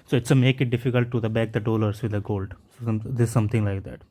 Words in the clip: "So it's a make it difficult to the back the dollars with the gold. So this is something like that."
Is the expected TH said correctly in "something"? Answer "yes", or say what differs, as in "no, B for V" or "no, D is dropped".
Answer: no, T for TH